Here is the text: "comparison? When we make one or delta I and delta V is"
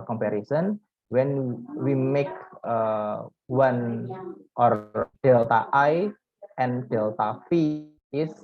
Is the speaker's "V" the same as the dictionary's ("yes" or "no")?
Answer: no